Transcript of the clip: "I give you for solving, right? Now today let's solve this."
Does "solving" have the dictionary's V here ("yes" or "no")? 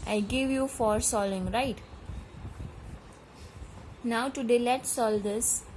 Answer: no